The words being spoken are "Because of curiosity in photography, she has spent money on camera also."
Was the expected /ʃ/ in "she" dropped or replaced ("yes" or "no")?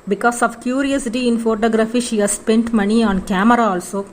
no